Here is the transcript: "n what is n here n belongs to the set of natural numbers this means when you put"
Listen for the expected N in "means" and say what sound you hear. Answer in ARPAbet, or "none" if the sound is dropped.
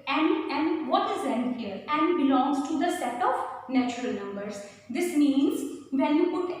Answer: N